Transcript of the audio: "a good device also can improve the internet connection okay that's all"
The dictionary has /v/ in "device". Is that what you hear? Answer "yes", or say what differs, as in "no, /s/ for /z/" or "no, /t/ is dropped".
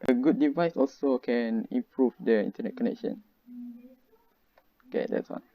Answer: yes